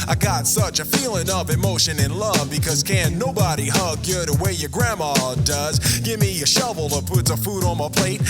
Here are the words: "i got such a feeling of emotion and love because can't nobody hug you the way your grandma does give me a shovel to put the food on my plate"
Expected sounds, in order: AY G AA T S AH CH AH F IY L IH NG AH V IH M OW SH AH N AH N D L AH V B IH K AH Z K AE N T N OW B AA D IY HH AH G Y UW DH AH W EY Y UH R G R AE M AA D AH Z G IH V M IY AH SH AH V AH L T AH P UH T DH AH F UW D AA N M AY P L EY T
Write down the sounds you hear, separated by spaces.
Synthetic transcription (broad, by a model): AY G AA T S AH CH AH F IY L IH NG AH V IH M OW SH AH N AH N L AH V B IH K AH Z K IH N N OW B AA D IY HH AH G Y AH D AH W EY Y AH R G R AE M AA D AH Z G IH V M IY AH SH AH V L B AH P UH T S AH F UW D N M AY P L EY T